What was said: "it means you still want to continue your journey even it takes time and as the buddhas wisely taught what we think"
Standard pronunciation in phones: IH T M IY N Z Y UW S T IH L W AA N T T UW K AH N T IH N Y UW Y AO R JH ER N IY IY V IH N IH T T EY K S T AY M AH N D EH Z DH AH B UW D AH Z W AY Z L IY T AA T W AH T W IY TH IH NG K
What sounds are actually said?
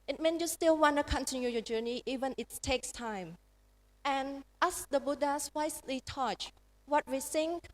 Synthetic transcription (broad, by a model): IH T M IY N Y UW S T IH L W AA N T T UW K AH N T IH N Y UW Y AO JH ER N IY IY V IH N IH T T EY K S T AY M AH N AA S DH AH B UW D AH S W AY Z L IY T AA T W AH T W IY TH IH NG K